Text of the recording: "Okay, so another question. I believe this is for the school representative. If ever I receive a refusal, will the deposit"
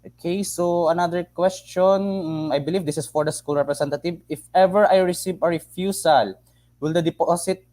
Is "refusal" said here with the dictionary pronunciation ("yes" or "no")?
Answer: no